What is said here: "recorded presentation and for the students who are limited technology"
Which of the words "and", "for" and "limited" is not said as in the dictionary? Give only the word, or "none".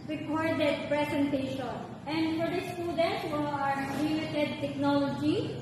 limited